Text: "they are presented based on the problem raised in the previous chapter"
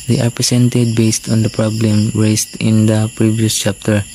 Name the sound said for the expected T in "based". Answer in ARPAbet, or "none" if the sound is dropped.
T